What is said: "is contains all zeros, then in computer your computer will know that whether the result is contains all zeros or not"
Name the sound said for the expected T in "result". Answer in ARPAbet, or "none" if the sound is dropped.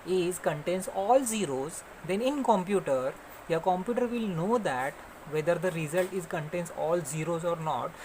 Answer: T